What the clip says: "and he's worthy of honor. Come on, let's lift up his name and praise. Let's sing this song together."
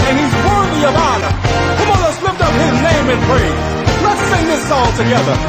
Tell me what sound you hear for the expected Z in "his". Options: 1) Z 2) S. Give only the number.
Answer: 1